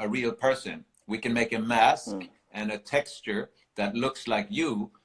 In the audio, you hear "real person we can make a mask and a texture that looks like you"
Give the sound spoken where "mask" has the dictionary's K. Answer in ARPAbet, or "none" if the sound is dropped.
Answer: K